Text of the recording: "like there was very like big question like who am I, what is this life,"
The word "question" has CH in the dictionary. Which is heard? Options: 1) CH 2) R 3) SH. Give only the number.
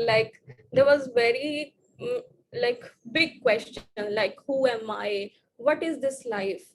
1